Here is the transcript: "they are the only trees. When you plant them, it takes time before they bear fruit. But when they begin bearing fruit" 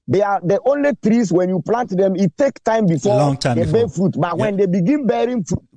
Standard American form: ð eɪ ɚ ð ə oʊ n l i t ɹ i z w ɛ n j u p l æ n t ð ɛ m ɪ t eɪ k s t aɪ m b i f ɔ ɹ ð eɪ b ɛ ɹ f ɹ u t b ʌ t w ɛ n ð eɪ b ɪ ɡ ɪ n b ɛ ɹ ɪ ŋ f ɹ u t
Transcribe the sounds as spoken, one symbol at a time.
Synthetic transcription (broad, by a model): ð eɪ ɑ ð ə oʊ n l i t ɹ i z w ɛ n j u p l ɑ n t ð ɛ m ɪ t eɪ k t aɪ m b i f ɔ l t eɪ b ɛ f ɹ u t b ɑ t w ɛ n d eɪ b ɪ ɡ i n b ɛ ɹ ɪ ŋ f ɹ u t